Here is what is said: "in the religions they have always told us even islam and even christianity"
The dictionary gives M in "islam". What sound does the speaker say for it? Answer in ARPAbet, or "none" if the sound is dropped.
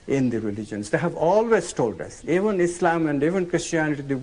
M